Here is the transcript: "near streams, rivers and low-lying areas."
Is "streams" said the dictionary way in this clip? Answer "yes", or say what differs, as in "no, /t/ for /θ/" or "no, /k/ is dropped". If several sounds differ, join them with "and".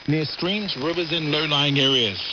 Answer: yes